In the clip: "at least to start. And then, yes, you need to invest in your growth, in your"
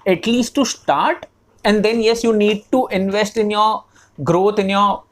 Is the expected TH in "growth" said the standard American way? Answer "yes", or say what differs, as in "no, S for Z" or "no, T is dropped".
no, T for TH